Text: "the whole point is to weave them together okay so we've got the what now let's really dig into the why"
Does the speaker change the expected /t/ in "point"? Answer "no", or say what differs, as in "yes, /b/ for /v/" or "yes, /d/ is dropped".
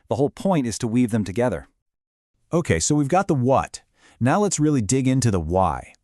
no